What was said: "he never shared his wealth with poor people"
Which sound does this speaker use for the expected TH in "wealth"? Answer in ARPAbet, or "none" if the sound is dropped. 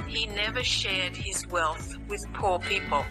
TH